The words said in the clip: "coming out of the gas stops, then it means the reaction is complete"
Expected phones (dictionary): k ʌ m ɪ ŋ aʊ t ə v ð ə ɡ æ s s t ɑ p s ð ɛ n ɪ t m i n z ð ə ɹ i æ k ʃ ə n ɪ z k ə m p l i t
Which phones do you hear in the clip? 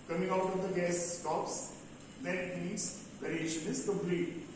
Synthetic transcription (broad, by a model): k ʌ m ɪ ŋ aʊ t ə v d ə ɡ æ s s t ɑ p s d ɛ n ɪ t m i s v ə ɹ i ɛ ʃ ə n ɪ z k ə m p l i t